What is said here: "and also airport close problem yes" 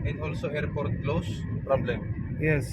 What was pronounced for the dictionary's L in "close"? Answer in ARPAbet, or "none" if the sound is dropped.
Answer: L